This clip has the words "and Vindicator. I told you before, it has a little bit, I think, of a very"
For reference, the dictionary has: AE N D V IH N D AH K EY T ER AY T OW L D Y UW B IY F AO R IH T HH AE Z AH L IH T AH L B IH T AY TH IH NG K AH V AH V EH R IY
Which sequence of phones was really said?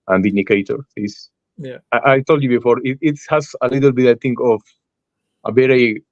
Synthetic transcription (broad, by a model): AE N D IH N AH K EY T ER AY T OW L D Y UW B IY F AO R IH T HH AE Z AH L IH T AH L B IH T AY T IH NG K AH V AH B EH R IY